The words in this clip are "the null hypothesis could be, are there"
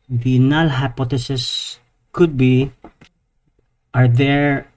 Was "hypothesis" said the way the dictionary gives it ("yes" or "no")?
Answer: no